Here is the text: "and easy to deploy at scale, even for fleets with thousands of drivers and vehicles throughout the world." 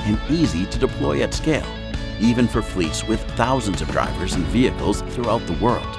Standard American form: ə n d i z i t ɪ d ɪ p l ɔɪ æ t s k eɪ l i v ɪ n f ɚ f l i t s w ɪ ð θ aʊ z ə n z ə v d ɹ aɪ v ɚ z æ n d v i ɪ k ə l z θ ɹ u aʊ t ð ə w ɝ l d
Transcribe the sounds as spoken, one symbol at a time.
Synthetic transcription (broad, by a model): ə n i z i t ɪ d ɪ p l ɔɪ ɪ t s k eɪ l i v ɪ n f ɚ f l i t s w ɪ ð θ aʊ z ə n z ə v d ɹ aɪ v ɚ z n v i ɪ k l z θ ɹ u aʊ t ð ə w ɝ l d